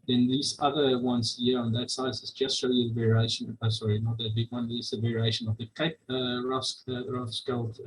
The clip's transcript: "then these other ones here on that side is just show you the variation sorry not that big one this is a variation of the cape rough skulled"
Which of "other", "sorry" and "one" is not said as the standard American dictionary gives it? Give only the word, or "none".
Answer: none